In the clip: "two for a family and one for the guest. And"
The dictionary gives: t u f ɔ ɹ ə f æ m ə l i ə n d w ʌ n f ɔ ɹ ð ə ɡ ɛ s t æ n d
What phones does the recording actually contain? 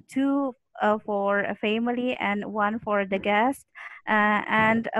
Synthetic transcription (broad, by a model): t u f ɔ ɹ ə f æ m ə l i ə n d w ʌ n f ɔ ɹ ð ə ɡ ɛ s t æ n d